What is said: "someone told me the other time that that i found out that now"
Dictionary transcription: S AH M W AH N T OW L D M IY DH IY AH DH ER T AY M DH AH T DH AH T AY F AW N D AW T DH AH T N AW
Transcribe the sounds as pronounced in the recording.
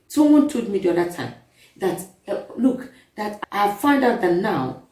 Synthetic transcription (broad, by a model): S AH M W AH N T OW D M IY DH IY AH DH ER T AY M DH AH T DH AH T AY F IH N D AW T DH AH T N AW